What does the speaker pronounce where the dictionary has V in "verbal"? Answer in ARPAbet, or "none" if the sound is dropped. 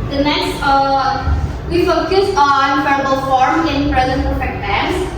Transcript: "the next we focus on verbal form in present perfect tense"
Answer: F